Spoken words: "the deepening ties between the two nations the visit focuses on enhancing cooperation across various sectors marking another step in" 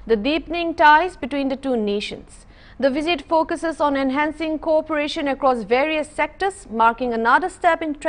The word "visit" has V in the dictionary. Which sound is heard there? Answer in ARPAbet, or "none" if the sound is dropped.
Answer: V